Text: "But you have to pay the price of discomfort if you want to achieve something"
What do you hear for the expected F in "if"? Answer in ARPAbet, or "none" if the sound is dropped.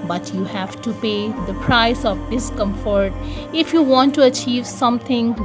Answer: F